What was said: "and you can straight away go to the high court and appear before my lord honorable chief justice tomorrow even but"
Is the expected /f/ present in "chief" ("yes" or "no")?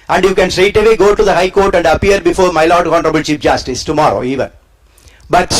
no